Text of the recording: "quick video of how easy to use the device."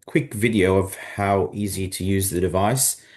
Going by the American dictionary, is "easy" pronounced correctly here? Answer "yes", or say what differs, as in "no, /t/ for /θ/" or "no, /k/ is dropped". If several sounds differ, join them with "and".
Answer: yes